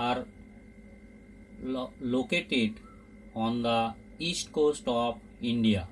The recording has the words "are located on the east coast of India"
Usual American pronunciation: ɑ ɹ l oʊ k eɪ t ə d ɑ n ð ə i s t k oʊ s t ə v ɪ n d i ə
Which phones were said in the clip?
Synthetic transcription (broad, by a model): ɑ ɹ l oʊ k eɪ t ə d ɑ n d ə i s t k oʊ s t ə p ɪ n d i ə